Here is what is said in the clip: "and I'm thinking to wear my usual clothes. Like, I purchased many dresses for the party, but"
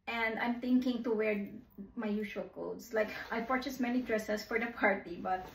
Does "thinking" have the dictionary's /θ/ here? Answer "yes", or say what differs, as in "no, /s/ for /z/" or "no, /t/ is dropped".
no, /t/ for /θ/